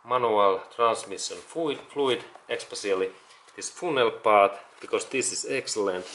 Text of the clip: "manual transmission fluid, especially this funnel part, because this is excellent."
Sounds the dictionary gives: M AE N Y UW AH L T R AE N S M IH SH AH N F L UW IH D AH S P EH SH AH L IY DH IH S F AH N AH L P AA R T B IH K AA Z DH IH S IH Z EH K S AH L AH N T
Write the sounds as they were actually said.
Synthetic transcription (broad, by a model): M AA N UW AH L T R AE N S M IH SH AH N F L UW IH D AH S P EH S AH L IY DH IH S F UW N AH L P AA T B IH K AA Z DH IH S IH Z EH K S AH L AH N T